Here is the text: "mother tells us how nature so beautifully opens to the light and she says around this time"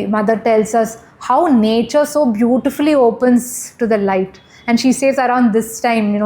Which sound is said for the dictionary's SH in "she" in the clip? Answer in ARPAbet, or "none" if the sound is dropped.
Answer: SH